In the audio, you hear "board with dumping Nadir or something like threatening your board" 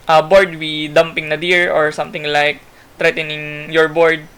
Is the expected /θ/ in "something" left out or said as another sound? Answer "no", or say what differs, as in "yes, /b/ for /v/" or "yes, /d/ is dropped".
yes, /t/ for /θ/